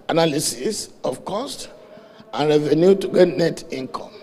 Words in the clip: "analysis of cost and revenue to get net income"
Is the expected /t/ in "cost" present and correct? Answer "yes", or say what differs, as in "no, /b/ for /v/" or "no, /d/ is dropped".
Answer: yes